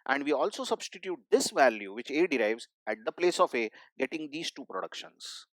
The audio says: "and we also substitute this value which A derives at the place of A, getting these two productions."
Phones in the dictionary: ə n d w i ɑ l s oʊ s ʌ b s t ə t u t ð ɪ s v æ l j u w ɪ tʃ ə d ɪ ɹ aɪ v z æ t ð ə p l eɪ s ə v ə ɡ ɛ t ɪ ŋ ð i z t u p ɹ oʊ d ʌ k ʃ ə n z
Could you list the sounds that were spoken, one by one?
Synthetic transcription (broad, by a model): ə n d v i ɑ l s oʊ s ʌ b s t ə t u t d ɪ s v æ l j u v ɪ tʃ ə d ɪ ɹ aɪ v z æ t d ə p l eɪ s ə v ə ɡ ɛ t ɪ ŋ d i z t u p ɹ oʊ d ʌ k ʃ ə n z